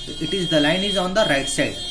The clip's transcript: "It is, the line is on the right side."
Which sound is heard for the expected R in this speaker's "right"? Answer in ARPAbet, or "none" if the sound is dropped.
R